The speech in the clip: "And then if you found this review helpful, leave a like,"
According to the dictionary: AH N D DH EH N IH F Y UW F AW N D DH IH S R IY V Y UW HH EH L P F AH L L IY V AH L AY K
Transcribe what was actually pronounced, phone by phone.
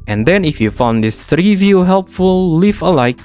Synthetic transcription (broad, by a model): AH N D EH N IH F Y UW F AW N D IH S R IY V Y UW HH EH L P F AH L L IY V AH L AY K